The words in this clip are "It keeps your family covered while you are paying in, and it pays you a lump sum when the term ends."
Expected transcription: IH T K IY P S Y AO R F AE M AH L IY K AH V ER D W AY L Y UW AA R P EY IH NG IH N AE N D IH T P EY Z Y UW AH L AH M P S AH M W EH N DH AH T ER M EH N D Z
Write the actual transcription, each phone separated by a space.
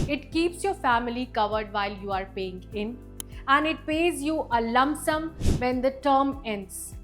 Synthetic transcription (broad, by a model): IH T K IY P S Y AO R F AE M AH L IY K AH V ER D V AY L Y UW AA R P EY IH NG IH N AE N D IH T P EY Z Y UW AH L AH M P S AH M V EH N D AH T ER M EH N D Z